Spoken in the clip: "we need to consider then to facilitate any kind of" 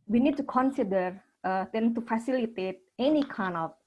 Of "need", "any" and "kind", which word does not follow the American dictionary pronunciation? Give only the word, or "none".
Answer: kind